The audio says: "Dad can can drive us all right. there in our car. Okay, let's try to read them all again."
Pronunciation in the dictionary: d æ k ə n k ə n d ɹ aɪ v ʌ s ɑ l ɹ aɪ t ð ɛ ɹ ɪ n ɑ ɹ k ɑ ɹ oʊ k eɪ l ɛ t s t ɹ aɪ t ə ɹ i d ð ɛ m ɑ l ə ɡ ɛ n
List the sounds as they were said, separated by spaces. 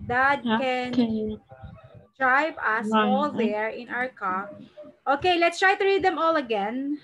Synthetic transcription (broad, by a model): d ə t k ə n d ɹ aɪ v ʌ s ɑ l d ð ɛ ɹ ɪ n ɑ ɹ k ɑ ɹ oʊ k eɪ l ɛ t s t ɹ aɪ t ə ɹ i d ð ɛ m ɑ l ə ɡ ɛ n